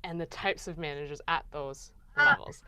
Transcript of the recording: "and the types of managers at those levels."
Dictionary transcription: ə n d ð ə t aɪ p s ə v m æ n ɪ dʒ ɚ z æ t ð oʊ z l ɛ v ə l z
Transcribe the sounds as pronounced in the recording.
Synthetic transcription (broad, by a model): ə n ð ə t aɪ p s ə v m æ n ɪ dʒ ɚ z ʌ t ð oʊ z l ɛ v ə l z